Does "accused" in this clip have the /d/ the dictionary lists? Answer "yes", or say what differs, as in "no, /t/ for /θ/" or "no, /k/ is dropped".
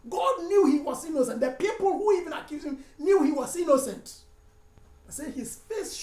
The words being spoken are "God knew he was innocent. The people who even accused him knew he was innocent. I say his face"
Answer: no, /d/ is dropped